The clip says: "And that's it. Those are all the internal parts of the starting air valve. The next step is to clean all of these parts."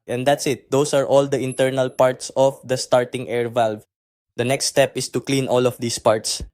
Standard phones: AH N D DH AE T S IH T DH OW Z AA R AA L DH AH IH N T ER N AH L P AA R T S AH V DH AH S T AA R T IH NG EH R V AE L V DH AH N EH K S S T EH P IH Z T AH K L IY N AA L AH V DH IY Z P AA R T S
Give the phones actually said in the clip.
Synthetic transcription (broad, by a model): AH N D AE T S IH T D OW S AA R AA L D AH IH N T ER N AH L P AA R T S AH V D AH S T AA R T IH NG EH R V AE L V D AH N EH K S S T EH P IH S T AH K L IY N AA L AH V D IY S P AA R T S